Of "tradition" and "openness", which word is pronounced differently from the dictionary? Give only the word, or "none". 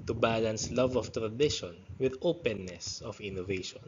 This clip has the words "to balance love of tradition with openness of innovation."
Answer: none